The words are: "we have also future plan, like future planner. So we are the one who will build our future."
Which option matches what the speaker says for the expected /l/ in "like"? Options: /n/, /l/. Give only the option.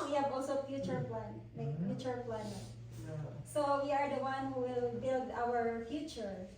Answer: /n/